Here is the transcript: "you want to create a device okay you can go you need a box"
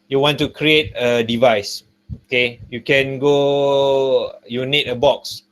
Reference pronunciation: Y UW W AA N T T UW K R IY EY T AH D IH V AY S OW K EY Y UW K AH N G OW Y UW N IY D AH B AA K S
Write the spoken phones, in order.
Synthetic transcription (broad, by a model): Y UW W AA N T T UW K R IY EY T AH D IH V AY S OW K EY Y UW K AH N G OW Y UW N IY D AH B AA K S